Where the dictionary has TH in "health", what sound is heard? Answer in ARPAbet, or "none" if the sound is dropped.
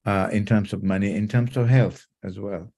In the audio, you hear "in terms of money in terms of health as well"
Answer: TH